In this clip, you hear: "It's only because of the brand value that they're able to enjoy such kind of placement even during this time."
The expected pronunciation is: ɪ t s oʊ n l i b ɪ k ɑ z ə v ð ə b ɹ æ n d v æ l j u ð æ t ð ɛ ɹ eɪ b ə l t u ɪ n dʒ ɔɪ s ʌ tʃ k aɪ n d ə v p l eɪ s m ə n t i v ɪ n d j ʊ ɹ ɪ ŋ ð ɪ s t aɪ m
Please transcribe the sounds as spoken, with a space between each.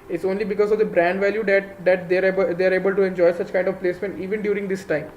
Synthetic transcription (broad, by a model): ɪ t s oʊ n l i b ɪ k ɑ z ə v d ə b ɹ æ n d v æ l j u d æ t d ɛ ɹ eɪ b ə l t u ɪ n dʒ ɔɪ s ʌ tʃ k aɪ n d ə v p l eɪ s m ə n t i v ɪ n d j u ɹ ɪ ŋ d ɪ s t aɪ m